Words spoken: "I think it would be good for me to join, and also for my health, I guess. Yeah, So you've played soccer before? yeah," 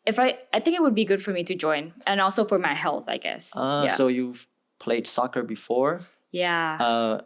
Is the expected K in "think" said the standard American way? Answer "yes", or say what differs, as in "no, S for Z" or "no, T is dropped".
yes